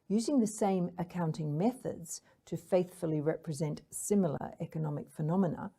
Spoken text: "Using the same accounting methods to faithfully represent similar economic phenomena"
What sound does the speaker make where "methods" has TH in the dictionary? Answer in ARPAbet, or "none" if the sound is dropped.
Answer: TH